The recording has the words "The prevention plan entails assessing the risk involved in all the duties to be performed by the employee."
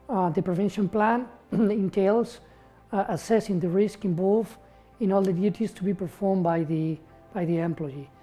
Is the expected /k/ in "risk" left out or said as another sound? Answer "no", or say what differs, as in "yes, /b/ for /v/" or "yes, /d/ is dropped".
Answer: no